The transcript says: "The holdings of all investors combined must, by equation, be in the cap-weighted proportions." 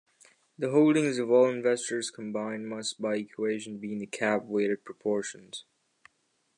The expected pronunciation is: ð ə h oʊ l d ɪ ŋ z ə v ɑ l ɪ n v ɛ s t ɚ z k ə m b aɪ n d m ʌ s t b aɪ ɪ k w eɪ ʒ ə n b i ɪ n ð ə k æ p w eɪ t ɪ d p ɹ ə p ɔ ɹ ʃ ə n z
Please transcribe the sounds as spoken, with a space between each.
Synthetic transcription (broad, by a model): ð ə h oʊ l d ɪ ŋ z ə v ɑ l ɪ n v ɛ s t ɚ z k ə m b aɪ n m ʌ s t b aɪ ɪ k w eɪ ʒ ə n b i ɪ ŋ ð ə k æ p w eɪ t ɪ d p ɹ ə p ɔ ɹ ʃ ə n z